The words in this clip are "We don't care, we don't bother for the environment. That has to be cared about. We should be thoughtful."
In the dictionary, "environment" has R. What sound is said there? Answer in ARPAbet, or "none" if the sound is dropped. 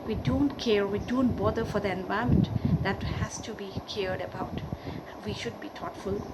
none